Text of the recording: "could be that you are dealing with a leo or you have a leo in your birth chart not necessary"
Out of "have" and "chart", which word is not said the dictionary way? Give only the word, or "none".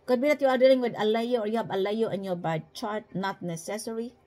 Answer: have